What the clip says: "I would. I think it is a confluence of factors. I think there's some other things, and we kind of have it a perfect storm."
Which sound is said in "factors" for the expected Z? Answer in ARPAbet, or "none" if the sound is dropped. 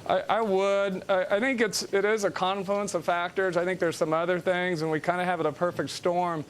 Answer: Z